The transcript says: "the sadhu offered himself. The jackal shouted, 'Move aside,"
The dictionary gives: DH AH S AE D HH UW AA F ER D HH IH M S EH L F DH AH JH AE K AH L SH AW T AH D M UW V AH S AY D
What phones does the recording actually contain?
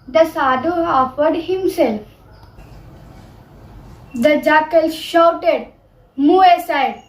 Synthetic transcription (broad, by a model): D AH S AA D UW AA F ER D HH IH M S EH L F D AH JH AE K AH L SH AW T AH D M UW AH S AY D